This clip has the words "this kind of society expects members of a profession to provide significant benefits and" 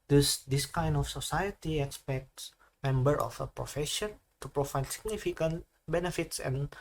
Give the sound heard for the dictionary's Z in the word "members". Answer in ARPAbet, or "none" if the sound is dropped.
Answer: none